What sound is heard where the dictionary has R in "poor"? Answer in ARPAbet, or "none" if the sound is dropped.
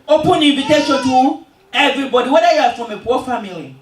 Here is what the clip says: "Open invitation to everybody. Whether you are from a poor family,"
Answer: W